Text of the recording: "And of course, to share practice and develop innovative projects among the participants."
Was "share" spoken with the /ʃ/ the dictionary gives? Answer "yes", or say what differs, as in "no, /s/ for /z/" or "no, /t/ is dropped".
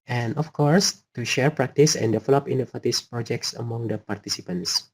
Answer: yes